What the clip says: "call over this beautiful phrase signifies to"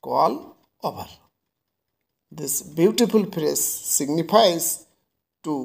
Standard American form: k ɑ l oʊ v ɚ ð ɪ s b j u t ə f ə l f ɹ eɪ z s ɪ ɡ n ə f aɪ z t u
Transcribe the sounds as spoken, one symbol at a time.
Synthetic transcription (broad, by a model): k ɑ l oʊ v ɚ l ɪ s b j u t ə f ə l p ɹ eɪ s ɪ ɡ n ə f aɪ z t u